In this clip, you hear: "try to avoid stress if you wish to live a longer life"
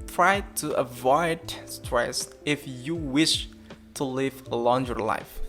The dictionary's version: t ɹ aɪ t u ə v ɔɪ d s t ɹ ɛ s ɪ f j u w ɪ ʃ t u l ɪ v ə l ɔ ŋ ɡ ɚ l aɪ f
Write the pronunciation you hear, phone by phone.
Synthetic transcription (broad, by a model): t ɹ aɪ t u ə v ɔɪ d s t ɹ ɛ s ɪ f j u w ɪ ʃ t u l ɪ v ə l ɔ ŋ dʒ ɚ l aɪ f